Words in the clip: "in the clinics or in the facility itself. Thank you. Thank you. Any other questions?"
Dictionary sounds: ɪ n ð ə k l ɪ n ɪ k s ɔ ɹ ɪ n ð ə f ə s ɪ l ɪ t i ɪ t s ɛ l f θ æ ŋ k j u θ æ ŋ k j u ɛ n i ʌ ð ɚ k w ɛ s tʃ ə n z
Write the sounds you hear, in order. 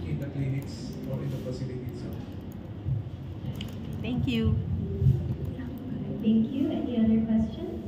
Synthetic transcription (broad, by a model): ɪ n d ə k l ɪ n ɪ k s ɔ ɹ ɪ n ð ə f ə s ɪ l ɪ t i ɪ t ɛ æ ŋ k j u t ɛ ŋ k j u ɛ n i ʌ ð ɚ k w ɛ s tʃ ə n